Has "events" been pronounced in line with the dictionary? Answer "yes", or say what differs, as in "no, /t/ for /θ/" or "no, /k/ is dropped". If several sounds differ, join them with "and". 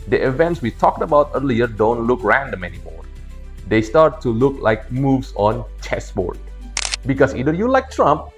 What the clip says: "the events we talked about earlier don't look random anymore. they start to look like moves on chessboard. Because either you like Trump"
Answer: yes